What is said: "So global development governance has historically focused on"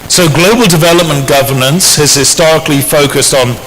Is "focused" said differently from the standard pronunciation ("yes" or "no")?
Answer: no